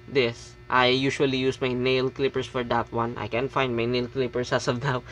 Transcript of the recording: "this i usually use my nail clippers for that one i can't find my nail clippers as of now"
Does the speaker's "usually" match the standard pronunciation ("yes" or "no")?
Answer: no